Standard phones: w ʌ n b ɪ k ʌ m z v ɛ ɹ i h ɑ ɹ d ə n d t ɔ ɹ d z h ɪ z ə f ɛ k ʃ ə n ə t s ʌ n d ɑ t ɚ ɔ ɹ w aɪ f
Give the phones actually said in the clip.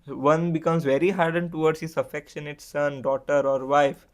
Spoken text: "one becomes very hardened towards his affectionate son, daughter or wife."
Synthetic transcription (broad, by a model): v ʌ n b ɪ k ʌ m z v ɛ ɹ i h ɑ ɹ d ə n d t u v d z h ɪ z ə f ɛ k ʃ ə n ə t s ʌ n d ɑ t ɚ ɔ ɹ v aɪ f